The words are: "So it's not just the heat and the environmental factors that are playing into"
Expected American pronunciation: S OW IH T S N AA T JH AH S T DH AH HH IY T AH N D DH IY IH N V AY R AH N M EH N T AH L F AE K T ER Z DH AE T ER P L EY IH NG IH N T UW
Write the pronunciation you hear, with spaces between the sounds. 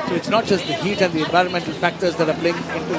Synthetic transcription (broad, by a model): S OW IH T S N AA T JH AH S T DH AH HH IY T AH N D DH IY IH N V AY R AH N M EH N T AH L F AE K T ER Z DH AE T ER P L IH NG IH N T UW